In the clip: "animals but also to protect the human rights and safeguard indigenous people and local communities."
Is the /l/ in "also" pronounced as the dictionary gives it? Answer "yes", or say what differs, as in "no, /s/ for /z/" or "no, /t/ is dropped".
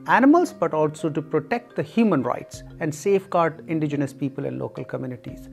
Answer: yes